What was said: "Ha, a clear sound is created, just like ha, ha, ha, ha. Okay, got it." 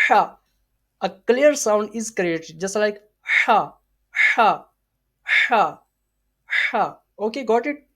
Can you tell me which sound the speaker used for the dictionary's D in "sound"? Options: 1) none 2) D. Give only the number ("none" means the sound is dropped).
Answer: 2